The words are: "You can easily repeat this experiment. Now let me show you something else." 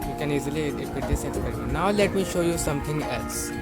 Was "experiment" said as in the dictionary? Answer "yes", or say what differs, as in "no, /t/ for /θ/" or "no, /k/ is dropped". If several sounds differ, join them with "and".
no, /m/ is dropped